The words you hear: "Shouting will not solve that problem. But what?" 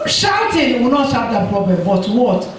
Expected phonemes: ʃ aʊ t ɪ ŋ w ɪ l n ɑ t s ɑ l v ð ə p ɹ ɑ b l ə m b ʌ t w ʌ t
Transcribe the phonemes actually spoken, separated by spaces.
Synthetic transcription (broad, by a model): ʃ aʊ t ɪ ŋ w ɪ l n ɑ t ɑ v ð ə p ɹ ɑ b l ə m b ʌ t w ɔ t